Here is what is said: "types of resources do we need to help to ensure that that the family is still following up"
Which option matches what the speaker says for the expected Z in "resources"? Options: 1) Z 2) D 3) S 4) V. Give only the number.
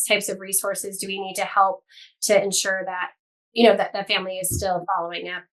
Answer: 1